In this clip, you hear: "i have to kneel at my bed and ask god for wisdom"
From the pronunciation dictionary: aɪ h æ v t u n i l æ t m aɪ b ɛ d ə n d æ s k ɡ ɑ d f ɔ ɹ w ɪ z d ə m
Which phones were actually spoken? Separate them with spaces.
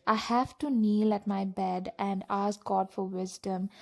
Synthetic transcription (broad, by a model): aɪ h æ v t u n i l æ t m aɪ b ɛ d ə n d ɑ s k ɡ ɑ d f ɔ ɹ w ɪ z d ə m